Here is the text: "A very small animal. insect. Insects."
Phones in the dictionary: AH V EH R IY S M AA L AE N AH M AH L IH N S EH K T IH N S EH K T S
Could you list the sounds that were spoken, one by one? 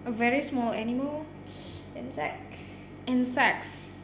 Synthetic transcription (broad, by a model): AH V EH R IY S M AA L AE N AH M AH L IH N S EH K IH N S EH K S